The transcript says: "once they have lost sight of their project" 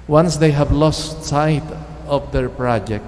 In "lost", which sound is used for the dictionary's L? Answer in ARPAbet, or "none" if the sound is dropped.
L